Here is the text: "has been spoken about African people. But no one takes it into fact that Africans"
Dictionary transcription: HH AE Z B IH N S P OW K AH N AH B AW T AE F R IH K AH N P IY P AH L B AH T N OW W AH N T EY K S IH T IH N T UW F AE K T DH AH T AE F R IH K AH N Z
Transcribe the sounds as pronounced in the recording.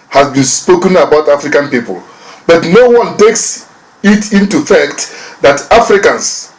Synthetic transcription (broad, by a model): HH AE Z B IH N S P OW K AH N AH B AW T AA F R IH K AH N P IY P AH L B AH T N OW W AH N T EY K S IH T IH N T UW F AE K T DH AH T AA F R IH K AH N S